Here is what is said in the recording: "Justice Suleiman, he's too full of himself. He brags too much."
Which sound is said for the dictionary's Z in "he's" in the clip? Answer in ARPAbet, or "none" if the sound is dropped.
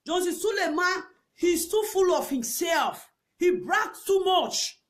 S